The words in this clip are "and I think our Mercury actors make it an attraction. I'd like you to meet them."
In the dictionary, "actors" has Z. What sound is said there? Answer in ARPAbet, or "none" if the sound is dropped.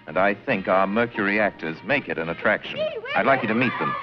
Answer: Z